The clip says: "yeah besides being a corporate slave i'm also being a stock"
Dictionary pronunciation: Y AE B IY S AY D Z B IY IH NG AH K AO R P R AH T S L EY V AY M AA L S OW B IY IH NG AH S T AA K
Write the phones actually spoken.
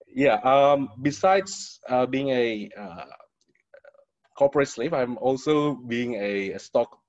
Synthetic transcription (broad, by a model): Y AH B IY S AY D S B IY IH NG AH K AO P R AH T S L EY P AY M AA L S OW B IY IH NG AH S T AA K